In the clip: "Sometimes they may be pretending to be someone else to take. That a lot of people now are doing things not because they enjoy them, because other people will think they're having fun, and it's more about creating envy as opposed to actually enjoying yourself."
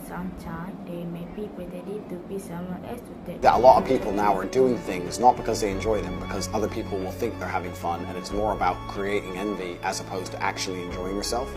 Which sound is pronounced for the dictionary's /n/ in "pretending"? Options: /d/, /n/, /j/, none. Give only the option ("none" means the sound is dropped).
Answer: none